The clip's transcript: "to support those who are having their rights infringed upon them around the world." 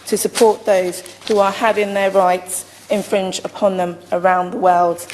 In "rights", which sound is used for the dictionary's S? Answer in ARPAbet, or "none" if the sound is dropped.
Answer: S